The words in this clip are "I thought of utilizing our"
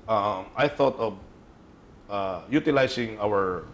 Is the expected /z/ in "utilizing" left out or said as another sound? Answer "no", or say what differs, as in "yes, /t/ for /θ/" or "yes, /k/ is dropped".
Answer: yes, /s/ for /z/